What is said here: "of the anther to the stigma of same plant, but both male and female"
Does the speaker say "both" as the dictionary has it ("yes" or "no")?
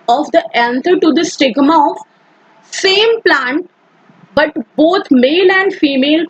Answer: no